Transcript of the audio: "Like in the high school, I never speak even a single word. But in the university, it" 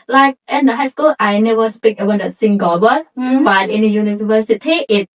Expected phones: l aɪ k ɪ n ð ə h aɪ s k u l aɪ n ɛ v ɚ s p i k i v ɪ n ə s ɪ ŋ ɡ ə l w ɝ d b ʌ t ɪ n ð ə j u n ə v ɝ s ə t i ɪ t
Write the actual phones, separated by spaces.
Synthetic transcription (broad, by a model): l aɪ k ɪ n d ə h aɪ s k u l aɪ n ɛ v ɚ s p i k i w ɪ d ə s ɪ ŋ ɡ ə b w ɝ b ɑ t ɪ n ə j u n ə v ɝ s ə t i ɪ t